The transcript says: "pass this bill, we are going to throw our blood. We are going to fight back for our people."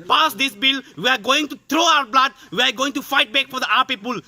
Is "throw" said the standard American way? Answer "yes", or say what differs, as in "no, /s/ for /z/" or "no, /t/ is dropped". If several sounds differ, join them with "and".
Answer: no, /t/ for /θ/